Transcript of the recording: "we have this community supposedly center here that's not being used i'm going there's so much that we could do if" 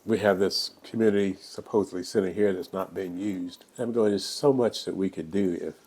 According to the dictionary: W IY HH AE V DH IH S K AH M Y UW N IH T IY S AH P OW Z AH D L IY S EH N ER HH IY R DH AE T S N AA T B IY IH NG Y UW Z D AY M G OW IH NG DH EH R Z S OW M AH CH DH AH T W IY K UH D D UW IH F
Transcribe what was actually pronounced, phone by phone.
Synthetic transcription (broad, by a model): W IY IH V DH IH S K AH M Y UW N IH T IY S AH P OW Z AH D L IY S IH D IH HH IY R DH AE T S N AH T B IY IH NG Y UW Z D AY M G OW IH NG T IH S OW M AH CH DH AH T W IY K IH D D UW IH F